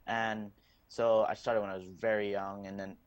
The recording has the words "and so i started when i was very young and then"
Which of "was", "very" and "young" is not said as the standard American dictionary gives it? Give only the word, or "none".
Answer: none